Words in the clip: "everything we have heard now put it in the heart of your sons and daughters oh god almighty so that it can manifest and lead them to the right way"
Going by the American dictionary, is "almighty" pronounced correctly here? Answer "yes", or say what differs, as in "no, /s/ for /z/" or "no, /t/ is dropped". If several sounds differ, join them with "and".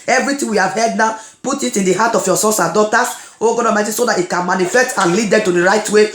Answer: no, /l/ is dropped